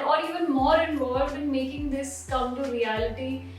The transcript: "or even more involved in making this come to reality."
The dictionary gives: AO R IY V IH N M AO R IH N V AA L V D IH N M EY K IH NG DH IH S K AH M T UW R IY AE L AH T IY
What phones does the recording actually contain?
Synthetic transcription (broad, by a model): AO R IY V IH N M AO R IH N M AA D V IH N M EY K IH NG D IH S K AH M T UW R IY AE L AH T IY